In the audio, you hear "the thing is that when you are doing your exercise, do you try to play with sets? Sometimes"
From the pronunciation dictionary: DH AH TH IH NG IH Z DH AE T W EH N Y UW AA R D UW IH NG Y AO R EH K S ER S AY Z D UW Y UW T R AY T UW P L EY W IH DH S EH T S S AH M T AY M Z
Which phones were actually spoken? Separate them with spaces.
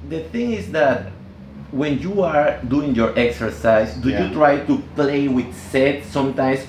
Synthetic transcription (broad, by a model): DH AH TH IH NG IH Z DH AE T W EH N Y UW AA R D UW IH NG Y AO R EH K S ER S AY S D UW Y UW T R AY T UW P L EY W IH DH S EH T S S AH M T AY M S